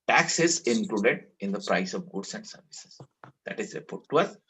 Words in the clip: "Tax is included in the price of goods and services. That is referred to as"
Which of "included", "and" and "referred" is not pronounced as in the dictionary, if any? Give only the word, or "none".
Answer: referred